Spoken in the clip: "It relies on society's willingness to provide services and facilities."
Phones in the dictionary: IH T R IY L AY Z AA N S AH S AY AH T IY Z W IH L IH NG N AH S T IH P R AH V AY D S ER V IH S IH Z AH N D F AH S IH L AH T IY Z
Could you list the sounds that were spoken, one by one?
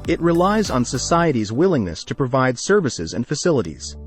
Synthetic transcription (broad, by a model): IH T R IY L AY Z N S AH S AY AH T IY Z W IH L IH NG N AH S T IH P R AH V AY D S ER V IH S IH Z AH N F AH S IH L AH T IY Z